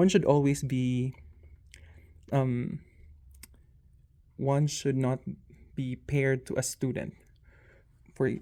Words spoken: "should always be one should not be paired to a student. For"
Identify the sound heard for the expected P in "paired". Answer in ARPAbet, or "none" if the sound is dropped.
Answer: P